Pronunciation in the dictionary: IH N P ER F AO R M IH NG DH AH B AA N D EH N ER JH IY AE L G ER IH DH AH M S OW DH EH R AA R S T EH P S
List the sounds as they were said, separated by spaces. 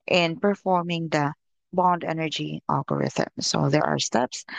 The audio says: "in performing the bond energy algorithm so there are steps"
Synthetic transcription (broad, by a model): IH N P ER F AO R M IH NG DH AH B AA N D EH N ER JH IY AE L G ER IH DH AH M S OW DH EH R AA R S T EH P S